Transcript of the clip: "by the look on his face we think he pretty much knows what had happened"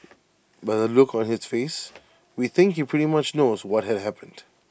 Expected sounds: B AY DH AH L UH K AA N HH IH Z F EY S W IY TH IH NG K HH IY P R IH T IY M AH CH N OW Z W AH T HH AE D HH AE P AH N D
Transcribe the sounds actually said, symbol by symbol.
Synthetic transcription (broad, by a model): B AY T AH L UH K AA N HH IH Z F EY S W IY TH IH NG K HH IY P R IH T IY M AH CH N OW Z W AH T HH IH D HH AE P AH N D